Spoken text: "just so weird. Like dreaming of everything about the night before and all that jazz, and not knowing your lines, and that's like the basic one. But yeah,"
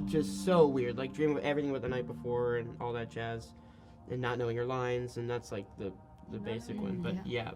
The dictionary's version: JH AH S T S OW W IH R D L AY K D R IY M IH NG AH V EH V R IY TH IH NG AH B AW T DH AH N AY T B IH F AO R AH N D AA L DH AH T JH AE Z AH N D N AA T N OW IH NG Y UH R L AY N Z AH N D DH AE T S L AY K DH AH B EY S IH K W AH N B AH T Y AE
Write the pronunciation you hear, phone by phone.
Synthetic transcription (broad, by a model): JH AH S T S OW W IH R D L AY K D R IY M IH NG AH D EH V R IY TH IH NG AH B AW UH DH AH N AY T B IH F AO R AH N AA L DH AH T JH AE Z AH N N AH T N OW IH NG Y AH R L AY N Z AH N DH AE T S L AY K DH AH B EY S IH K W AH N B AH T Y AE